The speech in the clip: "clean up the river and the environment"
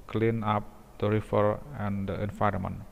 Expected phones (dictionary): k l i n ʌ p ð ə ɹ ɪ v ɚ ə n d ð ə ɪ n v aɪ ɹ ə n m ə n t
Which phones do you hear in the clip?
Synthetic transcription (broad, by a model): k l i n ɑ p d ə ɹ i f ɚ ə n d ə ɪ n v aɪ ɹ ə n m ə n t